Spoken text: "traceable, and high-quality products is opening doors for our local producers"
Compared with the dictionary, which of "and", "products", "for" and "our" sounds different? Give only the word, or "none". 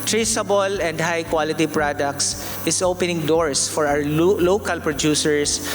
our